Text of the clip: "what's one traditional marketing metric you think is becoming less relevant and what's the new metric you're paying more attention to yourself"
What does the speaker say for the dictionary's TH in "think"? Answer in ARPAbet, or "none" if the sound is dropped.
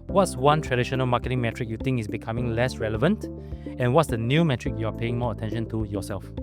T